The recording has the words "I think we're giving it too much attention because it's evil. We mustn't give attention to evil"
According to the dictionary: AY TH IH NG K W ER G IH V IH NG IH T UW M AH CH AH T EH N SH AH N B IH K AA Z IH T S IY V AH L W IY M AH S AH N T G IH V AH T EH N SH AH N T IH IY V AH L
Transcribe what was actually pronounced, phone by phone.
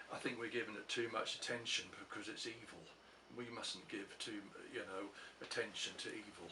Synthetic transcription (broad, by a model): AY TH IH NG K W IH G IH V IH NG IH T UW M AH CH AH T EH N SH AH N B IH K AA Z IH T S IY V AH L W IY M AH S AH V T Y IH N AH T EH N SH AH N T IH IY V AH L